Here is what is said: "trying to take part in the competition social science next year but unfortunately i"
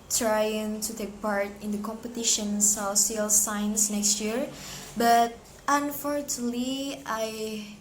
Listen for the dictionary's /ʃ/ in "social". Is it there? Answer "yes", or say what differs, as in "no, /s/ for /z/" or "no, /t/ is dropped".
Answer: no, /s/ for /ʃ/